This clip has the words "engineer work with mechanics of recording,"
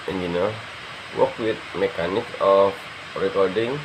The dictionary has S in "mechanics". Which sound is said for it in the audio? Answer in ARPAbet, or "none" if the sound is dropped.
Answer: none